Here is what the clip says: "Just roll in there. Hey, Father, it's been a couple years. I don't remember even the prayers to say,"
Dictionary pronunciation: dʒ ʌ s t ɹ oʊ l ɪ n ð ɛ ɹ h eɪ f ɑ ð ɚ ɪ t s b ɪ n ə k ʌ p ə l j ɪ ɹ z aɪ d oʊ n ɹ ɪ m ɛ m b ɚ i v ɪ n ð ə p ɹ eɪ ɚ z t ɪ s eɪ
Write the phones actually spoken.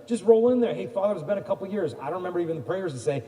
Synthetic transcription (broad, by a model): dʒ ʌ s t ɹ oʊ l ɪ n ð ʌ ɹ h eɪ f ɑ ð ɚ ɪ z b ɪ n ə k ʌ p l j ɪ ɹ z aɪ d oʊ n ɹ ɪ m ɛ m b ɚ i v ɪ n ð ə p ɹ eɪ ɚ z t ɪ s eɪ